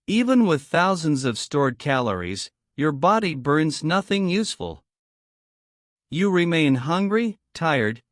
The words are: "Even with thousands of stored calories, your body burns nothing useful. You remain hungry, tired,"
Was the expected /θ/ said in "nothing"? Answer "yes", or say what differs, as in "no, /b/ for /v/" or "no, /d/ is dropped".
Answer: yes